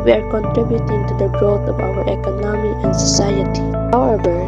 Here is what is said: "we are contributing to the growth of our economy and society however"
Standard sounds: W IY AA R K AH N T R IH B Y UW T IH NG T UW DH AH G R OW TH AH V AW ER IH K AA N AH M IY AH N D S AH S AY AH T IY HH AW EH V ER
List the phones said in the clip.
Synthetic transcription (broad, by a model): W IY AA R K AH N T R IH B Y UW T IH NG T UW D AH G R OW T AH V AW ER IH K AA N AH M IY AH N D S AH S AY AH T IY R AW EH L